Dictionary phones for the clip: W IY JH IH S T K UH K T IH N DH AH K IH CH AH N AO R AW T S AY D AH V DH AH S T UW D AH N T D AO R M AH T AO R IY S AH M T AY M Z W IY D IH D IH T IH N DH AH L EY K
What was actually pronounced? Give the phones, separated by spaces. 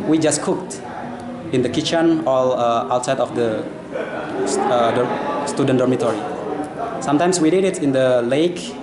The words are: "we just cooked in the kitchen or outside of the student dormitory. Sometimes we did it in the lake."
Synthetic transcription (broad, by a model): W IY JH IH S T K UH K T IH N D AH K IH CH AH N AO L AW T S AY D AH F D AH S T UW D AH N D AO R M AH T AO R IY S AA M T AY M S W IY D IH D IH T IH N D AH L EY K